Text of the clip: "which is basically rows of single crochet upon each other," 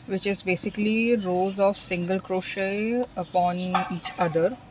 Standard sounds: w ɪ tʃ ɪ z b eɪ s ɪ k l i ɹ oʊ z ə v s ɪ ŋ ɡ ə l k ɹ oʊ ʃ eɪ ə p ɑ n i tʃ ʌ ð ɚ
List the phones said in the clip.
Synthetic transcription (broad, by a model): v ɪ tʃ ɪ z b eɪ s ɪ k l i ɹ oʊ z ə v s ɪ ŋ ɡ ə l k ɹ oʊ ʃ eɪ ə p ɑ n i tʃ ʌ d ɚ